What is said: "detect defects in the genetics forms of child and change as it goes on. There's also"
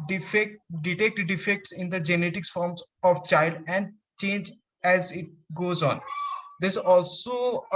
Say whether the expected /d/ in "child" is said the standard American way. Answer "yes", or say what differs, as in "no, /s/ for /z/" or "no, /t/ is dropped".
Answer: yes